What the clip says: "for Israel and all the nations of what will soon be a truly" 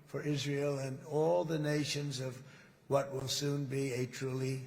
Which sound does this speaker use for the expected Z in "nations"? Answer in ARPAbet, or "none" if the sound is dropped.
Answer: Z